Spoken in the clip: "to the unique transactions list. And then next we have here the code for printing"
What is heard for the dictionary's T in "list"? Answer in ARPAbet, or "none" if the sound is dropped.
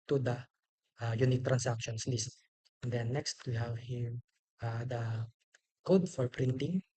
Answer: T